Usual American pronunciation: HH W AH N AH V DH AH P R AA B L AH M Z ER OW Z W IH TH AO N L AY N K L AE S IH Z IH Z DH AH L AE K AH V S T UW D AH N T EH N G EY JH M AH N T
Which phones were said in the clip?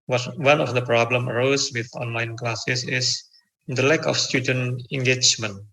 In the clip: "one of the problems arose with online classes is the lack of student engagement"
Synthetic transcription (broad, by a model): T W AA N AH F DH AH P R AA B L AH M ER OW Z W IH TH AO N L AY N K L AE S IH S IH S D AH L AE K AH F S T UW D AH N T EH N G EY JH M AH N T